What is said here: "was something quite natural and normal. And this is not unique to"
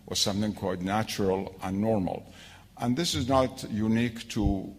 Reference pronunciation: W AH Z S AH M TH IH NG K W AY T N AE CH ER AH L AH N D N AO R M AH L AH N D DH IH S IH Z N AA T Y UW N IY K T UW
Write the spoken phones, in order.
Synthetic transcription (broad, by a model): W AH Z S AH M TH IH NG K W AY T N AE CH ER AH L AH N N AO R M AH L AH N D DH IH S IH Z N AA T Y UW N IY K T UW